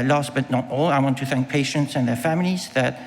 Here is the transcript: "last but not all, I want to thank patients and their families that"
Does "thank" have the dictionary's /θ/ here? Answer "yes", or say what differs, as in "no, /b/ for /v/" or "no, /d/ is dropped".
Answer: yes